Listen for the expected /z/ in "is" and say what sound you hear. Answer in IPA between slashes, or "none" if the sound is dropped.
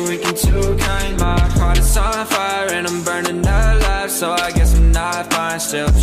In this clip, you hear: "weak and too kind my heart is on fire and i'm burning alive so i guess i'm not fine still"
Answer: /s/